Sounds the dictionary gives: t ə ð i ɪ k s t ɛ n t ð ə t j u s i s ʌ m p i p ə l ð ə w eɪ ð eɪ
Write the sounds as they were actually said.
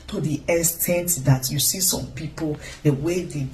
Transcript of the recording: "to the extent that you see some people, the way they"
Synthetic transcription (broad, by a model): t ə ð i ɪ s t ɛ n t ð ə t j u s i s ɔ m p i p ə l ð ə w eɪ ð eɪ